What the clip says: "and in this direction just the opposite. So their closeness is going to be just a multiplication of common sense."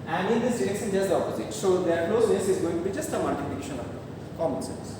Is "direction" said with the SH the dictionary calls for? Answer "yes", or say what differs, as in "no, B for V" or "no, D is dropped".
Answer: no, S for SH